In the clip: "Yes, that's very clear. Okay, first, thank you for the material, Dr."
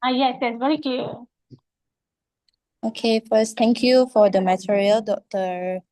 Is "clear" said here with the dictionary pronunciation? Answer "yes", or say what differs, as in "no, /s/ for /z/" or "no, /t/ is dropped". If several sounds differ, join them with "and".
no, /l/ is dropped